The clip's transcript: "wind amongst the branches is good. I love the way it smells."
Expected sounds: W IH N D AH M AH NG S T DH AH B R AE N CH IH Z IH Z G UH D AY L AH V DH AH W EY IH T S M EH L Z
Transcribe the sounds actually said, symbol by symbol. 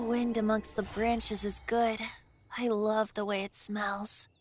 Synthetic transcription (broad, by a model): W IH N D AH M AH NG S T DH AH B R AE N CH IH Z IH Z G UH D AY L AH V DH AH W EY IH T S M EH L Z